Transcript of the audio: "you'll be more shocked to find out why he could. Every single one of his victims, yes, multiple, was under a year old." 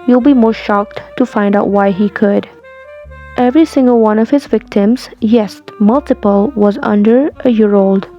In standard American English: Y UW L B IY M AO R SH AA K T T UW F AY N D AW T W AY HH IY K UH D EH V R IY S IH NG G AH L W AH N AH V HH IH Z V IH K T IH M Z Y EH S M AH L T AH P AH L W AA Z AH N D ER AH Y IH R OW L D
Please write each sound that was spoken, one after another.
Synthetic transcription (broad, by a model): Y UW L B IY M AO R SH AA K T T UW F AY N D AW T W AY HH IY K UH D EH V R IY S IH NG G AH L W AH N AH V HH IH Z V IH K T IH M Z Y EH S M AH L T AH P AH L W AA Z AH N D ER AH Y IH R OW L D